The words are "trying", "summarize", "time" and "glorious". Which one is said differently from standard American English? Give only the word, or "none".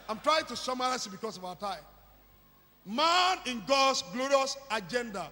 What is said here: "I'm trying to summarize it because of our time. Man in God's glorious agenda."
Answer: summarize